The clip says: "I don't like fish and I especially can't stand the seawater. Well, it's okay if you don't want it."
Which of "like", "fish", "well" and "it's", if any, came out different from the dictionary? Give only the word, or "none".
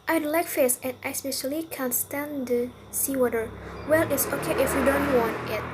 fish